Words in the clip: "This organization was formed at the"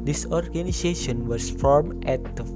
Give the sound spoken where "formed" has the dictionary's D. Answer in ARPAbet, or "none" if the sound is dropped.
none